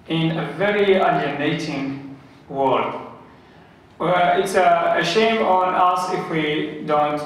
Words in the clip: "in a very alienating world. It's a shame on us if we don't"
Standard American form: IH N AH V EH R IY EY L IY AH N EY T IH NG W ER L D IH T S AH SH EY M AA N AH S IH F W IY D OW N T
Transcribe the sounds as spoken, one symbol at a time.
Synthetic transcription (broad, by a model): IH N AH V EH R IY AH N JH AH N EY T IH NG W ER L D IH T S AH SH EY M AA N AH S IH F W IY D OW N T